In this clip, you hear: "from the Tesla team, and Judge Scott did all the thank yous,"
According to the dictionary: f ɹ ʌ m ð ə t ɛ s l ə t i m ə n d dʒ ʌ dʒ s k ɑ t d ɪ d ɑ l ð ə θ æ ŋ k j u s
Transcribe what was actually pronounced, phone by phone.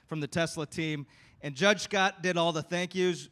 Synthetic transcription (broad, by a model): f ɹ ʌ m ð ə t ɛ s l ə t i m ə n dʒ ʌ dʒ s k ɑ t d ɪ d ɑ l ð ə θ æ ŋ k j u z